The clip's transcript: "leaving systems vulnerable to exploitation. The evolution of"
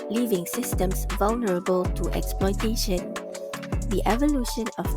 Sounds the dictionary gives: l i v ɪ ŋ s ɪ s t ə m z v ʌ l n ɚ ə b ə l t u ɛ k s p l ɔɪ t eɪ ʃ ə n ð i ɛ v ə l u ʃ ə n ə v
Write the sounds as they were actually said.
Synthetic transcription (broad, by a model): l i v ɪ ŋ s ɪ s t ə m s v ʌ l n ɚ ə b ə l t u ɛ k s p l ɔɪ t eɪ ʃ ə n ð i ɛ v ə l u ʃ ə n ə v